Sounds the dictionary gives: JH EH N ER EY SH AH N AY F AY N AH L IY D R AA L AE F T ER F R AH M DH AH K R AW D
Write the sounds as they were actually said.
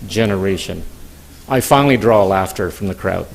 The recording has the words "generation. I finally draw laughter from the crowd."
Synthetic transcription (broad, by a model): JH EH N ER EY SH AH N AY F AY N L IY D R AA L AE F T ER F R AH M DH AH K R AW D